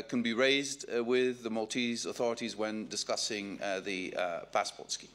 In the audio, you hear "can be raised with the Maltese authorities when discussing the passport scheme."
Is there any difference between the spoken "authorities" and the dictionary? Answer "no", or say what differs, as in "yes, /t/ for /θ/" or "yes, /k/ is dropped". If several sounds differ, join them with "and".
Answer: no